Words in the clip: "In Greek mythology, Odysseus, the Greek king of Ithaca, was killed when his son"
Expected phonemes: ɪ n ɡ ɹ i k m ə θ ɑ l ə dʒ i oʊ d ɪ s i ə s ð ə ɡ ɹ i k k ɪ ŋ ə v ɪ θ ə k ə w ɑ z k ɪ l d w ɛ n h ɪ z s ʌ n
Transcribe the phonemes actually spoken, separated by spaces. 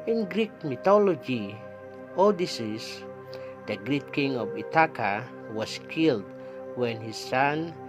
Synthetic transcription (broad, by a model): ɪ n ɡ ɹ i k m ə t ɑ l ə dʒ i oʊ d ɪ s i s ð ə ɡ ɹ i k k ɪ ŋ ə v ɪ t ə k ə w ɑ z k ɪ l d w ɛ n h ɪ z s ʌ n